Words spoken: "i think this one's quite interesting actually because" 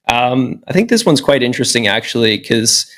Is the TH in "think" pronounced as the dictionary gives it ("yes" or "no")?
yes